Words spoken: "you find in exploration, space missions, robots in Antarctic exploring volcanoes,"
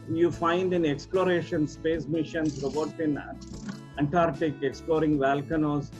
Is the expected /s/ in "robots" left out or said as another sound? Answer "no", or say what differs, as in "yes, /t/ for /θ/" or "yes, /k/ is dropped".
yes, /s/ is dropped